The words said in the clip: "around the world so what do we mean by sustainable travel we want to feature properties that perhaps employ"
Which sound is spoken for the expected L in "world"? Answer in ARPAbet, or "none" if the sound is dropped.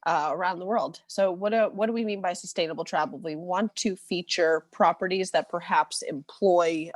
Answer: L